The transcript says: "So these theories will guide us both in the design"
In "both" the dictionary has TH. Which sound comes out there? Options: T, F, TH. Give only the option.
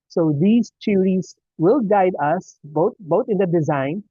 T